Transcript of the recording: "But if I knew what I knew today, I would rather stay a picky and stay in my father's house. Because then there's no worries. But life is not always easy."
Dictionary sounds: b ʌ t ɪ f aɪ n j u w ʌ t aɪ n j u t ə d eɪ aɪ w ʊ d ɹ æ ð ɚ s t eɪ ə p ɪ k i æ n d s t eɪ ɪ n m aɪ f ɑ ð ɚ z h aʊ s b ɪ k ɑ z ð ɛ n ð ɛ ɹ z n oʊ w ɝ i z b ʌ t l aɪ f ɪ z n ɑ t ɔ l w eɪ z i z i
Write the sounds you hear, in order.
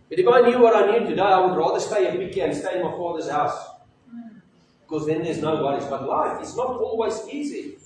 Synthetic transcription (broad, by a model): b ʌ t ɪ f aɪ n j u w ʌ t aɪ n j u t ə d eɪ aɪ w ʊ d ɹ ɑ ð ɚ s t eɪ ə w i k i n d s t eɪ ɪ n m aɪ f ɑ ð ɚ z h aʊ s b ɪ k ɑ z ð ɛ n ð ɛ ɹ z n oʊ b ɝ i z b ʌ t l aɪ f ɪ s n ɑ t ɔ l w eɪ z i z i